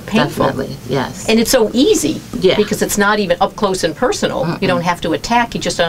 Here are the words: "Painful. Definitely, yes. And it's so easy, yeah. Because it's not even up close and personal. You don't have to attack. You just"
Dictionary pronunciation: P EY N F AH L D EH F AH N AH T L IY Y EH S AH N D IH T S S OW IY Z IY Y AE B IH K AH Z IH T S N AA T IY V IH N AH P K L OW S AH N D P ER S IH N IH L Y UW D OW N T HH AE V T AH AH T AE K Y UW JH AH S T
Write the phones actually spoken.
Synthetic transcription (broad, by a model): P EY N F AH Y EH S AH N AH T S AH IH T IY Z IY Y AE B IH K AH Z IH T S N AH T IY V IH N AH P K L OW S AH N P ER S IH N L Y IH D OW N T HH AE F T AH AH T AE K Y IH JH AH S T